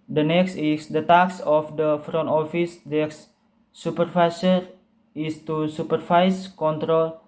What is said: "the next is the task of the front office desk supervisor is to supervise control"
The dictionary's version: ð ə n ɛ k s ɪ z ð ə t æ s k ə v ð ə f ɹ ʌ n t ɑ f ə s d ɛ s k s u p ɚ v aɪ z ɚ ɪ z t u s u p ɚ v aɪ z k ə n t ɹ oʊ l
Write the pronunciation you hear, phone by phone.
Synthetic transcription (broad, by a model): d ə n ɛ k s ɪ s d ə t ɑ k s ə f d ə f ɹ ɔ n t ɑ f ə s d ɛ k s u p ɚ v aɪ s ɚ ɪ s t u s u p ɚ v aɪ s k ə n t ɹ oʊ l